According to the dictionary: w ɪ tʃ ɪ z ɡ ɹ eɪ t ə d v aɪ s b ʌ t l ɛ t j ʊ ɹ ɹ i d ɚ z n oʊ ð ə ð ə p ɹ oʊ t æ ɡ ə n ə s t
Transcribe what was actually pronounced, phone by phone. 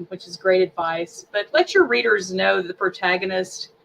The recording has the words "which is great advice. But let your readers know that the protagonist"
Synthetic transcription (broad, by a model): w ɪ tʃ ɪ z ɡ ɹ eɪ t ə d v aɪ s b ʌ t l ɛ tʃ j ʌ ɹ ɹ i d ɚ z n oʊ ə ð ə p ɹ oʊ t æ ɡ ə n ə s t